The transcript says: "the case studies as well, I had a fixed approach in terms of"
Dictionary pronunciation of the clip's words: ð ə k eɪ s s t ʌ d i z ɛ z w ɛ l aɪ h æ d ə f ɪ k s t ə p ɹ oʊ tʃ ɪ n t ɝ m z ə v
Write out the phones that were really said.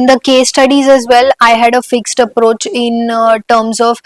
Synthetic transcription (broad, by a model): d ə k eɪ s s t ʌ d i z ɛ z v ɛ l aɪ h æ d ə f ɪ k s t ə p ɹ oʊ tʃ ɪ n t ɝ m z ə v